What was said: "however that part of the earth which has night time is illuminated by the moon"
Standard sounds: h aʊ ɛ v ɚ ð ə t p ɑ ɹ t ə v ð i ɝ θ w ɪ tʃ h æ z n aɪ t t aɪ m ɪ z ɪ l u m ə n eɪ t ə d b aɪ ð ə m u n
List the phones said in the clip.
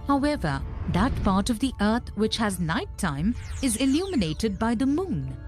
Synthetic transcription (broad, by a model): h aʊ ɛ v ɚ ð ə t p ɑ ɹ t ə v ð i ɝ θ w ɪ tʃ h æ z n aɪ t t aɪ m ɪ z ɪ l u m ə n eɪ t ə d b aɪ ð ə m u n